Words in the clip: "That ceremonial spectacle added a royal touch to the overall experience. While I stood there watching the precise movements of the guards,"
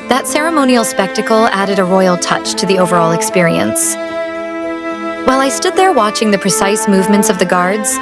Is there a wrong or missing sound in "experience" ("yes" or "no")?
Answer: no